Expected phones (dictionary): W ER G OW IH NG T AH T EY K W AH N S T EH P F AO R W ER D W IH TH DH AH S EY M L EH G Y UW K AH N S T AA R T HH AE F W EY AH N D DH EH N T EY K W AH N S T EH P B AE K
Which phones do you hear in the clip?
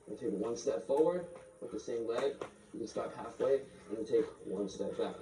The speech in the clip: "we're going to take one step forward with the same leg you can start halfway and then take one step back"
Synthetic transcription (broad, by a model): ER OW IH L T AH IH K W AH N S T EH P F AO R W ER D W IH DH AH S EY M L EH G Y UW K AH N S T AA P HH AE F W EY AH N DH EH L T EY K W AH N S T EH P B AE K